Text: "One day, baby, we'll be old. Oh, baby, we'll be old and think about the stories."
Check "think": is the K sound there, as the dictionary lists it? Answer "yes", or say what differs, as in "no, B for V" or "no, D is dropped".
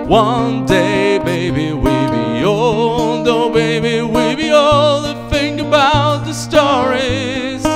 no, K is dropped